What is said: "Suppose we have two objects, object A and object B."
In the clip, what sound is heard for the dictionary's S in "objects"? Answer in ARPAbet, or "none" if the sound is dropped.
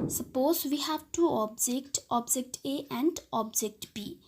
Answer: none